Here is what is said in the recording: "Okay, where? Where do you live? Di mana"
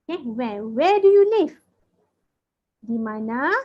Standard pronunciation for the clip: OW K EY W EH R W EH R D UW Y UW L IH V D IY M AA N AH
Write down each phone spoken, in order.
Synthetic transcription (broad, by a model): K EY W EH W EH D UW Y UW N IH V D IY M AA N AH